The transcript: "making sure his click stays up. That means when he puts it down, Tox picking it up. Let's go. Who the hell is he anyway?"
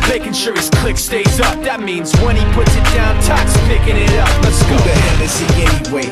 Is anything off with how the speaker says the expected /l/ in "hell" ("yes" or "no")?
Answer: yes